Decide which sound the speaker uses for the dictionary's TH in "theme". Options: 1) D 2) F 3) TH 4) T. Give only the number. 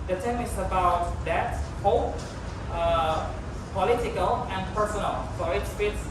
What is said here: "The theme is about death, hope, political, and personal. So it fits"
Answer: 4